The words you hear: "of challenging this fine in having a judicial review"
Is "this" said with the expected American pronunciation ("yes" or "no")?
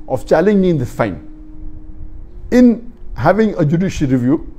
no